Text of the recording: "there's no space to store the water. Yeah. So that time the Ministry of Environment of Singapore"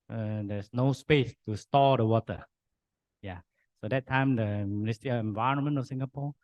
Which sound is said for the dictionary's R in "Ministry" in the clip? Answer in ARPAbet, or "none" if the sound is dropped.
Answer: none